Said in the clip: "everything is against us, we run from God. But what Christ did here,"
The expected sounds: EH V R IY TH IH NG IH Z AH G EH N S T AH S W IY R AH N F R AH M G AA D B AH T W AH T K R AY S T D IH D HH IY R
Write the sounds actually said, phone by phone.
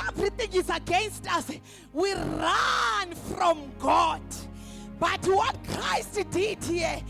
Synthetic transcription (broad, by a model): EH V R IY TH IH NG IH Z AH G EH N S T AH S W IY R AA N F R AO M G AA D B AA T W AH T K R AY S T D IH D HH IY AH